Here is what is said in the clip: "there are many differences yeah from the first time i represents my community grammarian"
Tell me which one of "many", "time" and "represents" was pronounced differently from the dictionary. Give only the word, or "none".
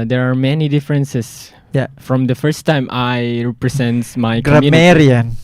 represents